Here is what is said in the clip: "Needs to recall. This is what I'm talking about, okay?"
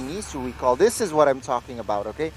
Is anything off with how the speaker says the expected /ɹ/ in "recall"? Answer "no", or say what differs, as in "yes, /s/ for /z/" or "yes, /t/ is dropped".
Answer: yes, /w/ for /ɹ/